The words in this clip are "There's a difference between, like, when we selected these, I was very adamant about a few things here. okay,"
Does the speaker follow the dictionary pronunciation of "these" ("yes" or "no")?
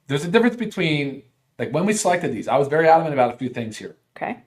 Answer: yes